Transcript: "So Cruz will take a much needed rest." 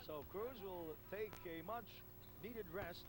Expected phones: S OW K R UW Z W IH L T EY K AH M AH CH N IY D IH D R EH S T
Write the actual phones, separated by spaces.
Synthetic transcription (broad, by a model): S OW K R UW Z W IH L T EY K AH M AH CH N IY D IH D R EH S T